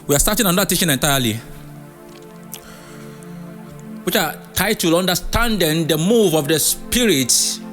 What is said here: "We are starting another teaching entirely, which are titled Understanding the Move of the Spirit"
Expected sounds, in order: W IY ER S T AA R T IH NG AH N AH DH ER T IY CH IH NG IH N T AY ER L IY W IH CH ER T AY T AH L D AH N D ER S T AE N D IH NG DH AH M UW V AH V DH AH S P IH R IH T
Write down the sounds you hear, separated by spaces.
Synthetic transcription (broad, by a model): W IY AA S T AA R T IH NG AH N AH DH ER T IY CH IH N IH N T AY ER L IY W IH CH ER T AY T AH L AH N D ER S T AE N D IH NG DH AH M UW V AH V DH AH S P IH R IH T